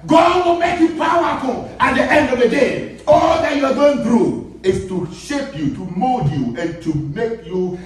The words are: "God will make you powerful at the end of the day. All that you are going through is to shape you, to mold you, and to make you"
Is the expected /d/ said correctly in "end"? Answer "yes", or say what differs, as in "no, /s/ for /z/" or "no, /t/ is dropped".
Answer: yes